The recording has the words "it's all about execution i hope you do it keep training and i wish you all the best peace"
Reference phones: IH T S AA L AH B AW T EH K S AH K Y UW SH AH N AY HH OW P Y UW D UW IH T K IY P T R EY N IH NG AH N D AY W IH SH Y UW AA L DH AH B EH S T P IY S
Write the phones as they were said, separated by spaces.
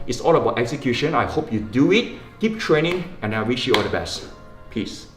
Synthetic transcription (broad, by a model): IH T S AA L AH B AW T EH K S AH K Y UW SH AH N AY HH OW P Y UW D UW IH T K IY P T R EY N IH NG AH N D AY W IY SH Y UW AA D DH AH B EH S T P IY S